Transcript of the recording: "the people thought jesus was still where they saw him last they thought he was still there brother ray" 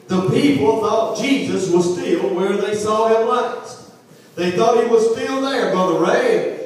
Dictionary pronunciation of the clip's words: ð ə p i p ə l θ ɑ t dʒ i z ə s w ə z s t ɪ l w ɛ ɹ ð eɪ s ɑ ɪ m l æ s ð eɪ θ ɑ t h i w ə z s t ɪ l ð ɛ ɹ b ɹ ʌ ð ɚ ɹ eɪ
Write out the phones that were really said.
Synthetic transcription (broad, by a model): ð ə p i p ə l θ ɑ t dʒ i z ə s w ə z s t ɪ l w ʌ ɹ ð eɪ s ɑ ɪ m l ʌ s ð eɪ θ ɑ t h i w ə z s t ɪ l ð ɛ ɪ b ʌ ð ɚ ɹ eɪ